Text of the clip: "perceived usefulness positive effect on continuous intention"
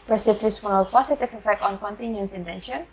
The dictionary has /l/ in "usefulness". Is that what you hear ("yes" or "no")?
no